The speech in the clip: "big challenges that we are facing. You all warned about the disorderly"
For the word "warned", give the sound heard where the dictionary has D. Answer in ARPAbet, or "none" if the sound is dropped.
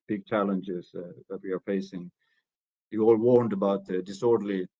D